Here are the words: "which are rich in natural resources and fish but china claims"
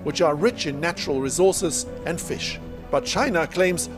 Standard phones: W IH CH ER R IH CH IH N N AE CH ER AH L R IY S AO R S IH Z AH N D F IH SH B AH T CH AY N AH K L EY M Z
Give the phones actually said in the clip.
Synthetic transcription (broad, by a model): W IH CH ER R IH CH IH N N AE CH ER AH L R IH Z AO R S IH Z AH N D F IH SH B AH T CH AY N AH K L EY M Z